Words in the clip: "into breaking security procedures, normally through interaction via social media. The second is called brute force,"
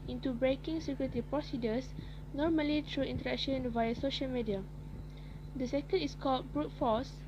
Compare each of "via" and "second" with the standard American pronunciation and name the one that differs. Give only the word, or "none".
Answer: none